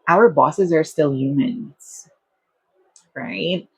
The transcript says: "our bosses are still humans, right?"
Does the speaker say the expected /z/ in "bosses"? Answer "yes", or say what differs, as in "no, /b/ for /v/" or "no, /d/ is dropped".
yes